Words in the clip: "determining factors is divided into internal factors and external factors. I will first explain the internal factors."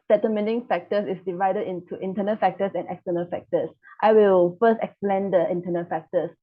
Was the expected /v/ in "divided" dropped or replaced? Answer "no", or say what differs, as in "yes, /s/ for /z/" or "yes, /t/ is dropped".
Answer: no